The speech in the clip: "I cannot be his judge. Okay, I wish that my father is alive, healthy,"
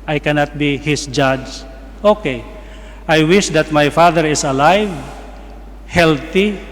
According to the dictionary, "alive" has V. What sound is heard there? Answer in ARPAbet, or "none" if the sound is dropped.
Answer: V